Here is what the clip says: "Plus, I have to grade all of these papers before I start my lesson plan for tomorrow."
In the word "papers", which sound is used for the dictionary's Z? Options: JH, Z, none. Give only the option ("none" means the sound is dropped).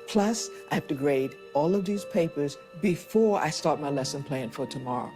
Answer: Z